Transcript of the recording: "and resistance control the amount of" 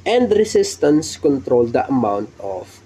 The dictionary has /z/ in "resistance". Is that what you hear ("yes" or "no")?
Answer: no